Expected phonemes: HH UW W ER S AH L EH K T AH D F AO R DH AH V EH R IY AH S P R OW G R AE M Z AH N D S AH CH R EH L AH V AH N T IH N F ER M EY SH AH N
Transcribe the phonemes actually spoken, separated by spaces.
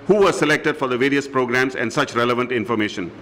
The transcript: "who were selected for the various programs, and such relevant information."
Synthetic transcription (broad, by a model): HH UW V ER S AH L EH K T AH D F AO R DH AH V EH R IY AH S P R OW G R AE M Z AH N D S AH CH R EH L AH V AH N T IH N F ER M EY SH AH N